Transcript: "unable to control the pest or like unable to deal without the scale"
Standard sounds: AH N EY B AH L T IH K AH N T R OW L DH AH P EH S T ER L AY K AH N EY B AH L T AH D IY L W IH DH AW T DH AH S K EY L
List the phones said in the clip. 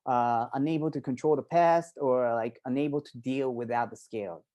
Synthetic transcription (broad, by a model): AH N EY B L T IH K AH N T R OW L DH AH P EH S T ER L AY K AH N EY B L T AH D IY L W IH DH AW T DH AH S K EY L